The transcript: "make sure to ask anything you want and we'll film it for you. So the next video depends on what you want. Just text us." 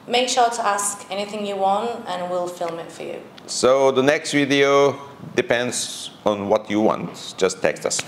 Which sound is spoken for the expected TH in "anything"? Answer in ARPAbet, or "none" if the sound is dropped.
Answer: TH